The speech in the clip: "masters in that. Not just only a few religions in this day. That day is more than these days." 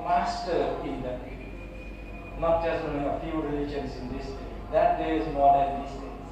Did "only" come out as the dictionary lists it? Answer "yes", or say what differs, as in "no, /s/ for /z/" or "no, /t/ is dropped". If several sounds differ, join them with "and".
no, /l/ is dropped